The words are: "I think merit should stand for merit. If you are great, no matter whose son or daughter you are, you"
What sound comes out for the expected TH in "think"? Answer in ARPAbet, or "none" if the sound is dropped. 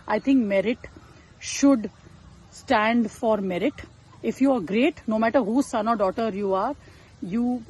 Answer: T